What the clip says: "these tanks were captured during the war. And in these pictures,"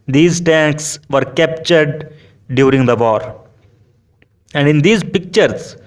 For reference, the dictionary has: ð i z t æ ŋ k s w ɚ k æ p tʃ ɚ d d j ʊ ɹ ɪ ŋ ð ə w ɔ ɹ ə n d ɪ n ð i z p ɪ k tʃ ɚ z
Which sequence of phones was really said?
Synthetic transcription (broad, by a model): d i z t æ ŋ k s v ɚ k æ p tʃ ɚ d d j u ɹ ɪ ŋ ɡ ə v ɔ ɹ ə n d ɪ n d i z p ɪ k tʃ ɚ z